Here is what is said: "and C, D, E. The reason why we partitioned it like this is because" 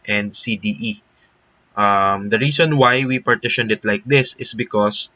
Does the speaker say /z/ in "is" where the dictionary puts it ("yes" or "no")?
no